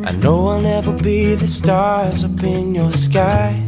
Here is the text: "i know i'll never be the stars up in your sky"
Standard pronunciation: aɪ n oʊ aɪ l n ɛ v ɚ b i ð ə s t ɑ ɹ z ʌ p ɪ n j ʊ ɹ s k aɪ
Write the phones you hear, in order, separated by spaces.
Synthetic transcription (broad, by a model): aɪ n oʊ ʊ w n ɛ v ɚ b i ð ə s t ɑ ɹ z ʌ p ɪ n j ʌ ɹ s k aɪ